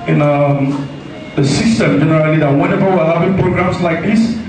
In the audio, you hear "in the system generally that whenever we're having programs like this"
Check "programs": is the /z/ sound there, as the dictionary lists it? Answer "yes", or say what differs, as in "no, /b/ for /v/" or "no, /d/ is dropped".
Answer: no, /s/ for /z/